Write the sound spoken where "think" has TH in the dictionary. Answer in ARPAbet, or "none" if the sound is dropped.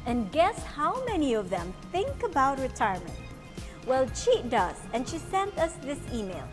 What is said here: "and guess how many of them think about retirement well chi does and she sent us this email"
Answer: TH